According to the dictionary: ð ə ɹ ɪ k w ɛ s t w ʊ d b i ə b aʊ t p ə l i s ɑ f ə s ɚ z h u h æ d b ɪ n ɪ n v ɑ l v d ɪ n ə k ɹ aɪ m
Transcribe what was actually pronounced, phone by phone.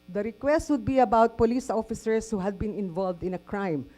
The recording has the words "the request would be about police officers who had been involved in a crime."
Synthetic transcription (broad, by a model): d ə ɹ ɪ k w ɛ s t w ʊ d b i ə b aʊ t p ə l i s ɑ f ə s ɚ s h u h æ d b ɪ n ɪ n v ɑ l v d ɪ n ə k ɹ aɪ m